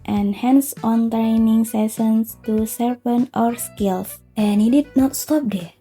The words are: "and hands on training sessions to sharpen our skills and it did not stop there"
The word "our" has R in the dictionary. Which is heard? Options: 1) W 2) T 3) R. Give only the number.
3